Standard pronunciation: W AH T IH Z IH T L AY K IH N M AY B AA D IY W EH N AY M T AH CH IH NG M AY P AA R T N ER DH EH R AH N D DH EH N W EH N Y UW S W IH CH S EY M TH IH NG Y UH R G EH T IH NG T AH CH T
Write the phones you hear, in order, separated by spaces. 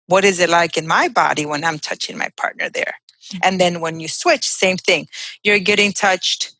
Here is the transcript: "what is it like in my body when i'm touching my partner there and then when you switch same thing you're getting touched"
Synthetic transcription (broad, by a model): W AH T IH Z IH T L AY K IH N M AY B AA D IY W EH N AY M T AH CH IH NG M AY P AA R T N ER DH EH R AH N DH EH N W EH N Y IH S W IH CH S EY M TH IH NG Y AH R G EH T IH NG T AH CH T